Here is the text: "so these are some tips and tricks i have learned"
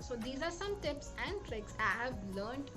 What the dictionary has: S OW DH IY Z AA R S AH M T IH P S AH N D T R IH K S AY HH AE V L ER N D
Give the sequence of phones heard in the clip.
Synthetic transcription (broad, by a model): S OW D IY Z AA R S AH M T IH P S AH N D T R IH K S AY HH AE V L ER N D